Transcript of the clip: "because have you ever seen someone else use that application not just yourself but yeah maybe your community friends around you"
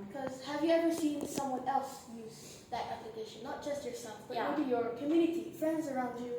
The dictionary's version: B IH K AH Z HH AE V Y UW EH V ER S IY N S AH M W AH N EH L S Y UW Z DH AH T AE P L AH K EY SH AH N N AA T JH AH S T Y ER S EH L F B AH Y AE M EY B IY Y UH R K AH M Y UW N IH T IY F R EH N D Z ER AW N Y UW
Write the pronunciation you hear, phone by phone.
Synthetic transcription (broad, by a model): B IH K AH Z HH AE V Y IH EH V ER S IY N S AH M W AH N EH L S Y UW Z DH AH T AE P L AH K EY SH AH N N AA T JH AH S T Y ER S EH L F B AH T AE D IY Y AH R K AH M Y UW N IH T IY F R EH N D Z ER AW N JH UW